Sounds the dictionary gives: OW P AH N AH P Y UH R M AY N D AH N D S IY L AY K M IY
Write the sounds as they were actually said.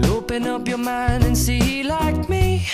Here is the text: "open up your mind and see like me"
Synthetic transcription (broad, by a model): OW P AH N AH P Y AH R M AY N D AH N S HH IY L AY K M IY